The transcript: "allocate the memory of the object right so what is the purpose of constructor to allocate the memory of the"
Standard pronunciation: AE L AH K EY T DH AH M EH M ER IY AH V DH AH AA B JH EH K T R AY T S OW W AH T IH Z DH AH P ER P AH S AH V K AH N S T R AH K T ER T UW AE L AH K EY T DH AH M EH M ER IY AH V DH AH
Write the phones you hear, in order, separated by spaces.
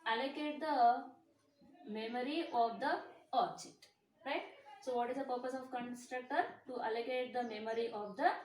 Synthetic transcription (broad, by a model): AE L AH K EY T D AH M EH M ER IY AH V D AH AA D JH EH T R AY T S OW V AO T IH Z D AH P ER P AH S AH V K AH N S T R AH K T ER T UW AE L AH K EY T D AH M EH M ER IY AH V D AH